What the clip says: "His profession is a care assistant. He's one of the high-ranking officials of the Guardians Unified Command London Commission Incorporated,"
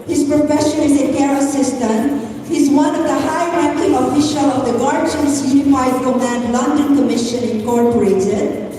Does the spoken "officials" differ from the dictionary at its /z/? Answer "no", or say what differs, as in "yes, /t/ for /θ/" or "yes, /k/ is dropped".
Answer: yes, /z/ is dropped